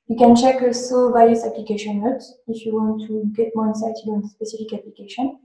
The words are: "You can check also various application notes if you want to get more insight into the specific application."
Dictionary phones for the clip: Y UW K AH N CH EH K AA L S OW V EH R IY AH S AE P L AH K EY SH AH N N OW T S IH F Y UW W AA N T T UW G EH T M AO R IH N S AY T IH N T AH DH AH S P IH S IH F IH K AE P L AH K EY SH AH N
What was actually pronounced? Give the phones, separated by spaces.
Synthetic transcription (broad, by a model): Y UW K AH N CH EH K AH S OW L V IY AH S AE P L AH K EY SH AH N N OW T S IH F Y UW W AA N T T UW G EH T M AO R IH N S AY T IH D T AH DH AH S P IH S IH F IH K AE P L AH K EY SH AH N